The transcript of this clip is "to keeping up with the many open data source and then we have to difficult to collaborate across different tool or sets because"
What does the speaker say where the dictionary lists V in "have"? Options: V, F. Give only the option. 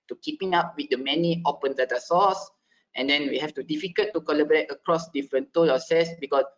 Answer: F